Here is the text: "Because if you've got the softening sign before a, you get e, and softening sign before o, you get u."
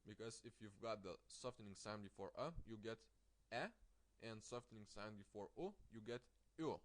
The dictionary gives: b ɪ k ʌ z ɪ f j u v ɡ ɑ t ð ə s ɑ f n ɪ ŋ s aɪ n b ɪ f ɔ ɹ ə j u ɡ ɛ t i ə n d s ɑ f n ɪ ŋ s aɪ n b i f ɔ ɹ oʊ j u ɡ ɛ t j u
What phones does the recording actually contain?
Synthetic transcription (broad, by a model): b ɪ k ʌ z ɪ f j u v ɡ ɑ t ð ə s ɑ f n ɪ ŋ s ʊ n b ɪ f ɔ ɹ ə j u ɡ ɛ t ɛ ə n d s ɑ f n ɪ ŋ s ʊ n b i f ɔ ɹ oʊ j u ɡ ɛ t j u